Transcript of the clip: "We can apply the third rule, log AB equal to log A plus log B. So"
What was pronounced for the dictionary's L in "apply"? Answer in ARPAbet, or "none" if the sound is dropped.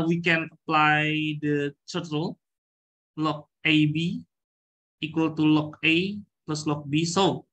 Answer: L